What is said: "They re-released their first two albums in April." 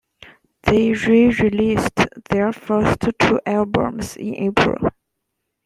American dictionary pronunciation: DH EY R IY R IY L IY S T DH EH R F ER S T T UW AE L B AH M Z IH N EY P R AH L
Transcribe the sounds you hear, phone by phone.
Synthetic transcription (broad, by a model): DH EY R IY R IY L IY S T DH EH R F ER S T T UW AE L B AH M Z IH N EY P R AH L